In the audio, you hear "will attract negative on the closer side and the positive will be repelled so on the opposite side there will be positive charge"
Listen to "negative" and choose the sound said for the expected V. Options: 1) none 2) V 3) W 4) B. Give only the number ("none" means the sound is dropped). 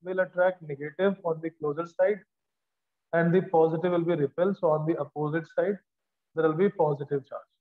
2